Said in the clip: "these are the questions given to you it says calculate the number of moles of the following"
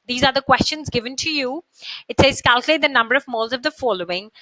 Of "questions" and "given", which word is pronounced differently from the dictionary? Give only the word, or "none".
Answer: none